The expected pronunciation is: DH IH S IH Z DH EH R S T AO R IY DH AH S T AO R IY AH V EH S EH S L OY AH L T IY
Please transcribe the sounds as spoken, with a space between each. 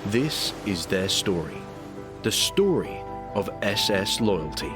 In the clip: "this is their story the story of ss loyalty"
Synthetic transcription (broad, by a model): DH IH S IH Z DH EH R S T AO R IY DH AH S T AO R IY AH V EH S EH S L OY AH L T IY